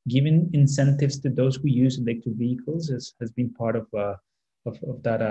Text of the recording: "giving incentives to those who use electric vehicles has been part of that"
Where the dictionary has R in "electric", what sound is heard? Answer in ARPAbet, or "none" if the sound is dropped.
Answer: none